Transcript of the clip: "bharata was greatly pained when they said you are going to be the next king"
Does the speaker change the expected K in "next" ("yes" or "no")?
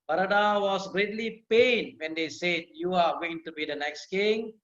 no